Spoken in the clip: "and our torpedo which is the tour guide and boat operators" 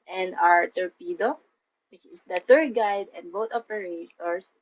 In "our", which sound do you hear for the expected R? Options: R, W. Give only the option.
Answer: R